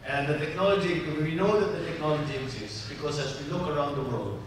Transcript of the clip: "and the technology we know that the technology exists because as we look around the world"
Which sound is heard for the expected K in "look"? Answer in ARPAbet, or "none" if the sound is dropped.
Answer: K